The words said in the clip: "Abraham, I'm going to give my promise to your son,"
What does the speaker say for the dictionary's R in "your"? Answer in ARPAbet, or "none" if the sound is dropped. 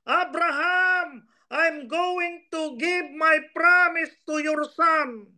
R